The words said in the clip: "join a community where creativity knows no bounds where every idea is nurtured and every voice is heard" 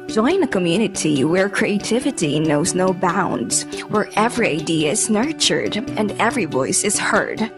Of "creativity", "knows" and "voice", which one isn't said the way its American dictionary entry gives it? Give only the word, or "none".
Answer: none